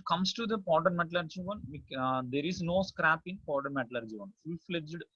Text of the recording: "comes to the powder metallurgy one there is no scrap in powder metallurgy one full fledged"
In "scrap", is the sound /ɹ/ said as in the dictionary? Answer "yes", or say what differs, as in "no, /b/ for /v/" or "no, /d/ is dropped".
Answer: yes